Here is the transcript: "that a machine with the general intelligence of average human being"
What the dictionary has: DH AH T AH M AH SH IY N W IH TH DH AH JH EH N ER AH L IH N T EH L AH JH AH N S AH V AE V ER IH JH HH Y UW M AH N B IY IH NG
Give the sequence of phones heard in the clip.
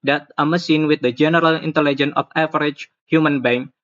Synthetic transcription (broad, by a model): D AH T AH M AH S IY N W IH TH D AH JH EH N ER AH L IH N T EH L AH JH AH N AH F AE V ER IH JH HH Y UW M AH N B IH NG